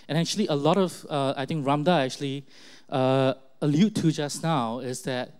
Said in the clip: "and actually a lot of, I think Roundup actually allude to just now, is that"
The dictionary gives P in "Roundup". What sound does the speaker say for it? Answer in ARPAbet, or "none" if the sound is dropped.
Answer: none